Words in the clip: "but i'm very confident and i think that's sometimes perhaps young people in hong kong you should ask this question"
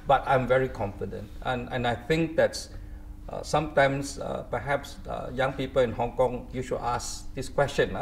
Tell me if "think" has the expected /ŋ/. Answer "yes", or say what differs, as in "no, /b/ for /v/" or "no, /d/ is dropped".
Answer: yes